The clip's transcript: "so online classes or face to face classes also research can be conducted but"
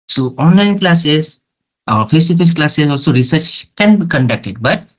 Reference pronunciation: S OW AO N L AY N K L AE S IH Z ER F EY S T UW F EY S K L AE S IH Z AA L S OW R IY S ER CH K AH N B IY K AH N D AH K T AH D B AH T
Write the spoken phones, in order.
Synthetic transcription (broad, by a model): S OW AO N L AY N K L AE S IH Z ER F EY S T UW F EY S K L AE S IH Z AA L S OW R IY S ER CH K AH N B IY K AH N D AH K T AH D B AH T